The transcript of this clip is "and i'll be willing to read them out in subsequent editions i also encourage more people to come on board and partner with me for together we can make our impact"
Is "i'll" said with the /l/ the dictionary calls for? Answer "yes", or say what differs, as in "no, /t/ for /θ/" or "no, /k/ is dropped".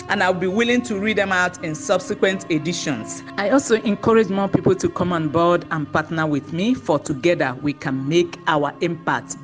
no, /w/ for /l/